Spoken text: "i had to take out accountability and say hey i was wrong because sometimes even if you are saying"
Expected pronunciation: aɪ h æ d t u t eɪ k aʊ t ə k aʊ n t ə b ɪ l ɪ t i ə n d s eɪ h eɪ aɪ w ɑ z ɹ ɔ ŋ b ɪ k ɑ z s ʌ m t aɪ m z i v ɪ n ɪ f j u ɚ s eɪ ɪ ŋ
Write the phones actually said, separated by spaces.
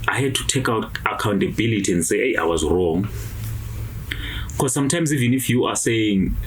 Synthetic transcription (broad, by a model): aɪ h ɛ d t u t eɪ k aʊ t ə k aʊ n t ə b ɪ l ɪ t i ə n d s eɪ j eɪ aɪ w ɑ z ɹ ɔ ŋ k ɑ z s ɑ m t aɪ m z i v ɪ n ɪ f j u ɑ s eɪ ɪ ŋ